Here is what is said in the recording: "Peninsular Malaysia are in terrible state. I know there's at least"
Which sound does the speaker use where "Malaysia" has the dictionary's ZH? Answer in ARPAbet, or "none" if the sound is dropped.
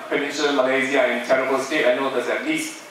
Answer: Z